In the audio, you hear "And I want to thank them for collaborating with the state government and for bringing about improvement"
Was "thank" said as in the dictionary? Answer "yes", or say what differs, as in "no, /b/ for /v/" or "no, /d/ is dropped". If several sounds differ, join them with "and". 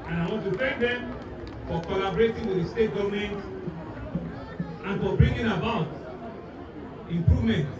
no, /f/ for /θ/